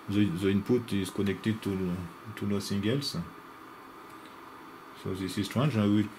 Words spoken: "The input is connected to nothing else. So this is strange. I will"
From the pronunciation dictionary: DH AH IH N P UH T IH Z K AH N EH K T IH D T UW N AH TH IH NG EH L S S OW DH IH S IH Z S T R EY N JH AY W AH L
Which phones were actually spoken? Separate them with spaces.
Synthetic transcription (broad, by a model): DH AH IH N P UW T IH Z K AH N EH K T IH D T UW L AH S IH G EH L S S OW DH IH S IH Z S T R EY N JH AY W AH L